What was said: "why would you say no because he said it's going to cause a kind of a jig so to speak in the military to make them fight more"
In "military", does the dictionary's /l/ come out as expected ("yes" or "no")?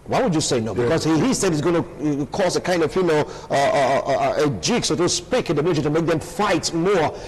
no